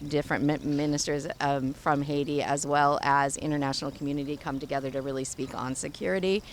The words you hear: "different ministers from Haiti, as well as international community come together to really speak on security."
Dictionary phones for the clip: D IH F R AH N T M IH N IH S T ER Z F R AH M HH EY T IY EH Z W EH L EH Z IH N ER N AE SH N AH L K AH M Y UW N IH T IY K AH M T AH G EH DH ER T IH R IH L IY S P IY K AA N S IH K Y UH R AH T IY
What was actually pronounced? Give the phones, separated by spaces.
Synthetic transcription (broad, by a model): D IH F R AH N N M IH N IH S T ER Z F R AH M HH EY T IY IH Z W EH L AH Z IH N ER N AE SH N L K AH M Y UW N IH T IY K AH M T AH G EH DH ER T IH R IH L IY S P IY K N S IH K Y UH R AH T IY